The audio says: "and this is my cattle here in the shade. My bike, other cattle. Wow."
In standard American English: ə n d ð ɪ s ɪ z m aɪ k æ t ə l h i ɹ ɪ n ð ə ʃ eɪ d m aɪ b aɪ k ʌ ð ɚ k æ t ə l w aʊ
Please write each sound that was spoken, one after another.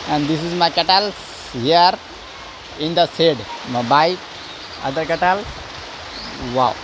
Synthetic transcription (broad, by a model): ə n d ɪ s ɪ z m aɪ k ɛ t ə l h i ɹ ɪ n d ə s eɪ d m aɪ b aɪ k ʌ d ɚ k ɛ t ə l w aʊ